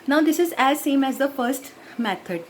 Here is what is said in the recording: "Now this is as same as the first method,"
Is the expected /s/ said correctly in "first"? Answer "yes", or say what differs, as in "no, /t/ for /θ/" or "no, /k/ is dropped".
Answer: yes